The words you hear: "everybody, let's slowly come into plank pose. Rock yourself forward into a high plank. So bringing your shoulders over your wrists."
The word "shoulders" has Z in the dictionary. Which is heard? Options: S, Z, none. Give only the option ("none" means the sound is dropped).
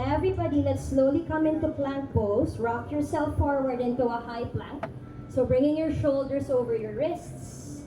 S